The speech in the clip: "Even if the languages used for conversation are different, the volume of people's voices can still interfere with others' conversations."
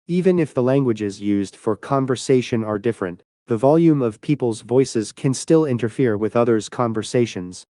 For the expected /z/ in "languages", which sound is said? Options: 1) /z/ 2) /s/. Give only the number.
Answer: 1